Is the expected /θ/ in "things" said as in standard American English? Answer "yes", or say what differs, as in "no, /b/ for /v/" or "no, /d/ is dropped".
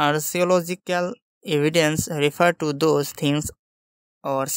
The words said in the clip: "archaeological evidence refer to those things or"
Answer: no, /t/ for /θ/